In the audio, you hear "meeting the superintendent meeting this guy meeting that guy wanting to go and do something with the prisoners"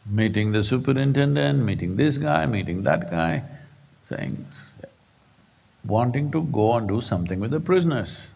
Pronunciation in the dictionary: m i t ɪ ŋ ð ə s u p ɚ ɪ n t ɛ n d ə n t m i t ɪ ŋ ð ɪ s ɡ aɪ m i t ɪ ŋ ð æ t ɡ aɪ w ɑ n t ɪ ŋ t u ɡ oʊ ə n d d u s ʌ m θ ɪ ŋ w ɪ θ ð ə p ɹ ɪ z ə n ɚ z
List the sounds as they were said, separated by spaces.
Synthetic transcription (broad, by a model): m i t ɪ ŋ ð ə s u p ɚ ɪ n t ɛ n d ə n t m i t ɪ ŋ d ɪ s ɡ aɪ m i t ɪ ŋ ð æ t ɡ aɪ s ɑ n t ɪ ŋ t u ɡ oʊ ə n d d u s ʌ m t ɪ ŋ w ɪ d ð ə p ɹ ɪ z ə n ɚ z